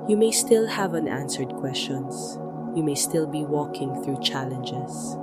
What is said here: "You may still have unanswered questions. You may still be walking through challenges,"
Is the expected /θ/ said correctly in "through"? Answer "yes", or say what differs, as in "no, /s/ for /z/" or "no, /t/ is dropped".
yes